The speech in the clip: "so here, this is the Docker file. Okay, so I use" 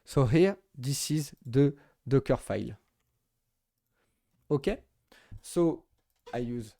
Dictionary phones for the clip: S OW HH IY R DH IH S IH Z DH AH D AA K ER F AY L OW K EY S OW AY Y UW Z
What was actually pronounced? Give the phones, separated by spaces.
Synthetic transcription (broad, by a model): S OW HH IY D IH S IH Z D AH D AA K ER F AY L OW K EY S OW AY Y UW Z